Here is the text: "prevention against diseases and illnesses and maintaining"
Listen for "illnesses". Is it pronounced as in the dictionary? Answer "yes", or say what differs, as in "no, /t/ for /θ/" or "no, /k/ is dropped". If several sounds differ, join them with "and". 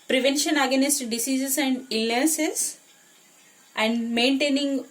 no, /n/ is dropped